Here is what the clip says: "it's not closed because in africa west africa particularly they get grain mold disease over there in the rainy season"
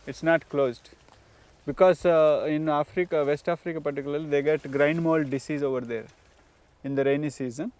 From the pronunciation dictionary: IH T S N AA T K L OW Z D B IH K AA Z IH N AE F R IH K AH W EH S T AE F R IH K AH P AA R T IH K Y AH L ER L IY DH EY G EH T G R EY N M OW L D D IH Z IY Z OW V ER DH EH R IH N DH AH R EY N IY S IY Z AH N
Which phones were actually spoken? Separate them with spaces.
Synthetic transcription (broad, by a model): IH T S N AA T K L OW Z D B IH K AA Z IH N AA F R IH K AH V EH S T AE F R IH K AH P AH R T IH K Y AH L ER L IY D EY G EH T G R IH N M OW L D D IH S IY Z OW V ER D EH R IH N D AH R EY N IY S IY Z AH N